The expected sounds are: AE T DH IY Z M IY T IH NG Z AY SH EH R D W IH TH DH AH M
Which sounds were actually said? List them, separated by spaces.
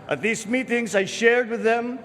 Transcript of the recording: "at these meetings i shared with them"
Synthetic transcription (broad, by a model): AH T DH IY Z M IY T IH NG Z AY SH EH R D W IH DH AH M